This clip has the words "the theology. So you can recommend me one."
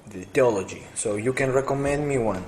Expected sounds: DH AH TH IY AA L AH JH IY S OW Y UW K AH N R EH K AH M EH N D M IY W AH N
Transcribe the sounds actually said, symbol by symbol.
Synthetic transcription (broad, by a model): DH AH T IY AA L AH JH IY S OW Y UW K AH N R EH K AH M EH N D M IY W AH N